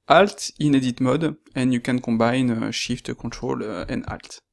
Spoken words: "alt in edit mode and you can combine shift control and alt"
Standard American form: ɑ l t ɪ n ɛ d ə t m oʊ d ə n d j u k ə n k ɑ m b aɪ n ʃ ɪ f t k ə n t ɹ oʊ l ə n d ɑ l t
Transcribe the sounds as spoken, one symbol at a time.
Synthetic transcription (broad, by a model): ɑ l t ɪ n ɛ d ə t m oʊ d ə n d j u k ə n k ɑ b aɪ n ʃ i f t k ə t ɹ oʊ l ə n d ɑ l t